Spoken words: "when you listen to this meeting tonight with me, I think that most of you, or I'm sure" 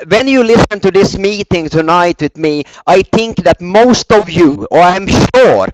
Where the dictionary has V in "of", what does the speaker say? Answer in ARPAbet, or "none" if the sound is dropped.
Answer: V